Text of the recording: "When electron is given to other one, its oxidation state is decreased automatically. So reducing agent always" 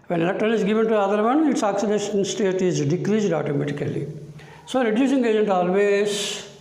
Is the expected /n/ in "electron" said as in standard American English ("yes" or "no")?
no